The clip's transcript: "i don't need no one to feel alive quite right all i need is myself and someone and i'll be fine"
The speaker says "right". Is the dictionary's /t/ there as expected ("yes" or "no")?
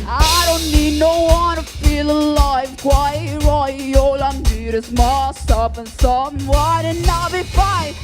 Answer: no